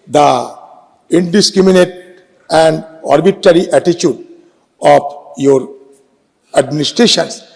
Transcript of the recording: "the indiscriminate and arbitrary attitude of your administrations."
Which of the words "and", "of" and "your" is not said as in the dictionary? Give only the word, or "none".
of